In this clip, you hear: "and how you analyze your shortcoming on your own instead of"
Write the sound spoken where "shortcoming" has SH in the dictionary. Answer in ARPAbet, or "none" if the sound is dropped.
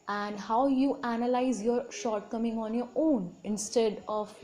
SH